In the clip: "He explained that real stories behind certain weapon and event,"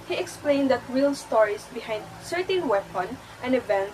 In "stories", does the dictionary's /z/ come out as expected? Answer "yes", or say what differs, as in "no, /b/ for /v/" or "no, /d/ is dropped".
no, /s/ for /z/